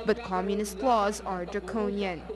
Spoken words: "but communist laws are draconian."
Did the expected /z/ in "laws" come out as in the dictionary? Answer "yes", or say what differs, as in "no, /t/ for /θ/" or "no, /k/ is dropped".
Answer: yes